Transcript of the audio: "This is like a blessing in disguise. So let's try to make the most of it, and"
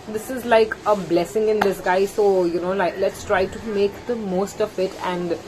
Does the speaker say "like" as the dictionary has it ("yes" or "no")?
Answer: yes